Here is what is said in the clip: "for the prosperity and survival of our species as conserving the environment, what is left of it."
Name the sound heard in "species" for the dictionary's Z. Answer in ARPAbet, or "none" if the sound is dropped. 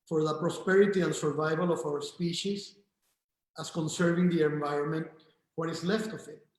S